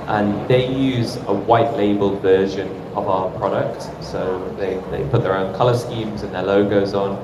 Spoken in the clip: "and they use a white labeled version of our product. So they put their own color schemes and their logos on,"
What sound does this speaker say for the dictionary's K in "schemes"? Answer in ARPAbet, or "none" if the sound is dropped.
K